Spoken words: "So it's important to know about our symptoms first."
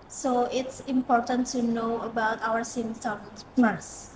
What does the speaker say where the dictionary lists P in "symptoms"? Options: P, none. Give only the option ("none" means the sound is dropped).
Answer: none